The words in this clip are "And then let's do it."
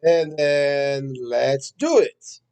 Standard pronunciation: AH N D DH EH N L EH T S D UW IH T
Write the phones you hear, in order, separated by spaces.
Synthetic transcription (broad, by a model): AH N DH EH N L EH T S D UW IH T